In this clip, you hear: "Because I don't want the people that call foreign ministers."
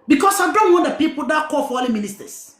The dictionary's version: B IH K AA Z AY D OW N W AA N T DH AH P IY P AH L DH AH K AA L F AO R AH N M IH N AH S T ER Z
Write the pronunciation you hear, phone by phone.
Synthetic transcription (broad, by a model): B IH K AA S AY D OW N W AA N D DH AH P IY P AH L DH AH K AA F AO L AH M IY N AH S T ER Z